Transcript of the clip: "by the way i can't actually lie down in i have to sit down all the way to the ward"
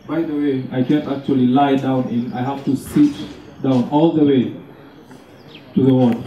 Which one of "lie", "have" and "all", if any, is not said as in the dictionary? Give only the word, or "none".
have